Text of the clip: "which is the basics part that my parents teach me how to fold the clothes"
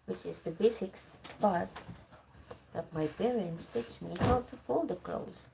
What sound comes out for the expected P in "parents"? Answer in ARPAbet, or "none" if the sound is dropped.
B